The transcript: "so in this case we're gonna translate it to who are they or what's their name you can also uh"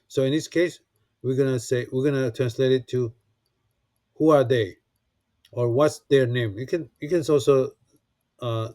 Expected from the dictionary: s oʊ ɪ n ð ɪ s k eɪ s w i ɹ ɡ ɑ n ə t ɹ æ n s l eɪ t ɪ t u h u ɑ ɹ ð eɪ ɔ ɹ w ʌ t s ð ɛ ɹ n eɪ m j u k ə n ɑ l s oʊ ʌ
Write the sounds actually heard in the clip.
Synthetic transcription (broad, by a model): s oʊ ɪ n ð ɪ s k eɪ s w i w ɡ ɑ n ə t ɹ æ n s l eɪ t ɪ t u h u ɑ ɹ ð eɪ ɔ ɹ w ʌ t s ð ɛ ɹ n eɪ m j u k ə n ɑ l s oʊ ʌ